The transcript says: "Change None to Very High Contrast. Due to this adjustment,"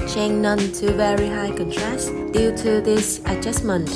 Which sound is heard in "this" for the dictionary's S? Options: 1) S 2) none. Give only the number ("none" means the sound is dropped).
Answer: 1